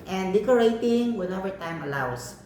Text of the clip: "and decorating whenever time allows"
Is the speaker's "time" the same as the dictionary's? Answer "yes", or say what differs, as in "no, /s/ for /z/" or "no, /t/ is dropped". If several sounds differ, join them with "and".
yes